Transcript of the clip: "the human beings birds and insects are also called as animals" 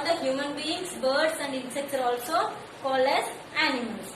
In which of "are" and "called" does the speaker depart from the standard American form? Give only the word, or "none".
called